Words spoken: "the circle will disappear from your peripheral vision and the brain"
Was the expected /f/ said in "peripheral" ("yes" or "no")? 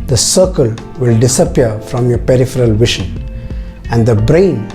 yes